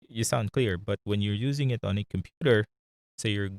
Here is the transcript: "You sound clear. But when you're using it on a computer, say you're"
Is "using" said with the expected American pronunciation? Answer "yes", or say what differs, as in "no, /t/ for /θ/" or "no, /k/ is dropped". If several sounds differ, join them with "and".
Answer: yes